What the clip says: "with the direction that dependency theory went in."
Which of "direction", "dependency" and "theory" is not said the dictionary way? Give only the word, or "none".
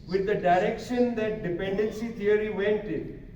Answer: theory